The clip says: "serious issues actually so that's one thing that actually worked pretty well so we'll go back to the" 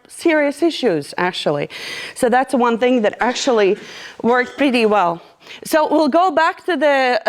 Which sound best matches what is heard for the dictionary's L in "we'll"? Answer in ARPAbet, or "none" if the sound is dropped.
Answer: L